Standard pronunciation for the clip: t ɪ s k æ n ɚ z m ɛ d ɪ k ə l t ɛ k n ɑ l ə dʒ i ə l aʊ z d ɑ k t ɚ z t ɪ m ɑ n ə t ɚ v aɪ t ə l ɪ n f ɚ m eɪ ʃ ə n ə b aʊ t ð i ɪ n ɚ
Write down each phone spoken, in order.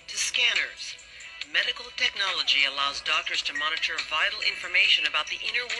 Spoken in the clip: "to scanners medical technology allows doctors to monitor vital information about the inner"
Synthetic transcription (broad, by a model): t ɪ s k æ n ɚ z m ɛ d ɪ k l t ɛ k n ɑ l ə dʒ i ə l aʊ z d ɑ k t ɚ z t ɪ m ɑ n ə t ɚ v aɪ t l ɪ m f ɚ m eɪ ʃ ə n ə b aʊ t ð i ɪ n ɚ